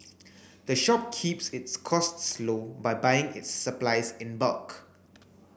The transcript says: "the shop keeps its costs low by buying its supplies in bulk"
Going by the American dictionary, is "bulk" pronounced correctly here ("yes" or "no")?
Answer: yes